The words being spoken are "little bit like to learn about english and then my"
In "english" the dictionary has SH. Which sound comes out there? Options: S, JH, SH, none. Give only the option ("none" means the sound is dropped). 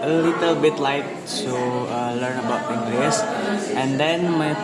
S